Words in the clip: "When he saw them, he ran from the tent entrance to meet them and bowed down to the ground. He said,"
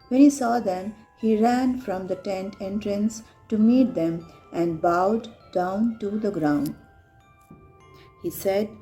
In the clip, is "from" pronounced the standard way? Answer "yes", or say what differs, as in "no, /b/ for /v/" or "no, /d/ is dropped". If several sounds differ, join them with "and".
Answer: yes